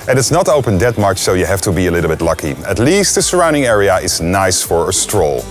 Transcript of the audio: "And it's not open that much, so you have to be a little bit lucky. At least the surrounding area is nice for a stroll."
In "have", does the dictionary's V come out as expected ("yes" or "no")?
no